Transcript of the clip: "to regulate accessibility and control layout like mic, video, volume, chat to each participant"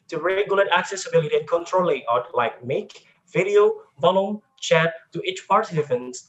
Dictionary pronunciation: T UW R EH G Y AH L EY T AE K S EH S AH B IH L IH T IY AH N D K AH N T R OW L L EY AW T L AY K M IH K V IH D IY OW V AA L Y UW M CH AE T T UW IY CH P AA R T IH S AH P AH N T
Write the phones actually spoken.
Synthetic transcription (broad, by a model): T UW R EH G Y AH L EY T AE K S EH S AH B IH L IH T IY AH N K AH N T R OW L L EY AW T L AY K M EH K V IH D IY OW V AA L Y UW M CH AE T T UW IY CH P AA R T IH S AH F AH N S